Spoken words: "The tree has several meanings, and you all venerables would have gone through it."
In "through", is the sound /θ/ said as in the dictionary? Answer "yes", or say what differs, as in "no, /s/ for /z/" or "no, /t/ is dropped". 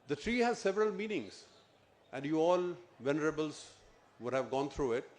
no, /t/ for /θ/